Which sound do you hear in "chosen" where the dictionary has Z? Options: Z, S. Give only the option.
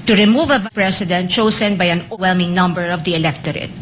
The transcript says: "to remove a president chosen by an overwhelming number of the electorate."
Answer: S